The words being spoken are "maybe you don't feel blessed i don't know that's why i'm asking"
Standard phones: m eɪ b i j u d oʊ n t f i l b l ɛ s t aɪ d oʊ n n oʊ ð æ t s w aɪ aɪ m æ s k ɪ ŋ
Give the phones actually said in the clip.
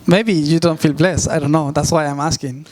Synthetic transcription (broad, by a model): m eɪ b i j u d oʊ n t f i l b l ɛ s aɪ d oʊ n n oʊ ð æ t s w aɪ aɪ m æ s k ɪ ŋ